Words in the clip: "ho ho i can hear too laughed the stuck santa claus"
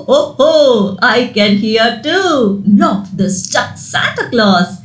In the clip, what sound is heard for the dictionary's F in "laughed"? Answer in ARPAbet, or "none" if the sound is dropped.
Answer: none